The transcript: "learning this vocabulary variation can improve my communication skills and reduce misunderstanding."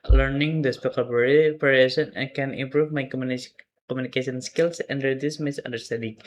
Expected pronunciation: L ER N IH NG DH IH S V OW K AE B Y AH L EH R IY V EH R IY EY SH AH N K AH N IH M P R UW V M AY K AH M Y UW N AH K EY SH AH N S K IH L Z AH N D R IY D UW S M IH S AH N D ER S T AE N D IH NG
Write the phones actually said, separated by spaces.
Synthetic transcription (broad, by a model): L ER N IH NG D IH S P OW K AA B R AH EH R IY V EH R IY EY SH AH N K AH N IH M P R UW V M AY K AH M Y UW N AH K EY S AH N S K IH L S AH N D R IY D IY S M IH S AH N D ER S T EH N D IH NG